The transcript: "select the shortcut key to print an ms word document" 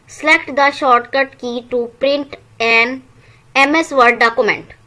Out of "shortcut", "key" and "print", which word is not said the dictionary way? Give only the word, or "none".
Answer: none